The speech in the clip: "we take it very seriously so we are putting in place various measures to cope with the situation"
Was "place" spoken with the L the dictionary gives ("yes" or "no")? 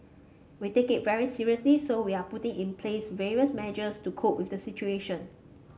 yes